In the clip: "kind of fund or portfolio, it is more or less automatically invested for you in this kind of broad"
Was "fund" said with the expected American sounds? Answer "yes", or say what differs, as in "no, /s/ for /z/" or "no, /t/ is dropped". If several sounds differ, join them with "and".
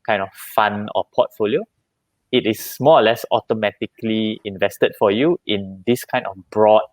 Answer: no, /d/ is dropped